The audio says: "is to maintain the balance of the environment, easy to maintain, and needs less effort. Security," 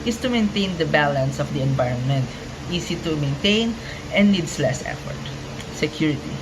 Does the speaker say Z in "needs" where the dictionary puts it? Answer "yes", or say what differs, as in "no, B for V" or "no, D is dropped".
no, S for Z